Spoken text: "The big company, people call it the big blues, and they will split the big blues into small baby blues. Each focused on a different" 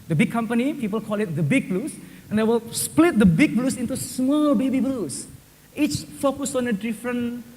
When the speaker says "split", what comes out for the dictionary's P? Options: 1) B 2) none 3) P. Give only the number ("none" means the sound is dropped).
3